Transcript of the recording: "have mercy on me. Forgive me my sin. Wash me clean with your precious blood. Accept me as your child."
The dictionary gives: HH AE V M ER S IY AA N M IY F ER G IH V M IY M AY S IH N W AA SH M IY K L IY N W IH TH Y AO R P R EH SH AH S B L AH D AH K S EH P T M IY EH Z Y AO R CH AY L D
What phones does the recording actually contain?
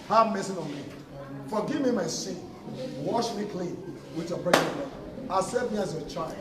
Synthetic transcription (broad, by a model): HH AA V M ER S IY AA N M IY F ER G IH V M IY M AY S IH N W AA SH M IY K L IY N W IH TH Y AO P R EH AH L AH AH S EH T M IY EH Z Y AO CH AY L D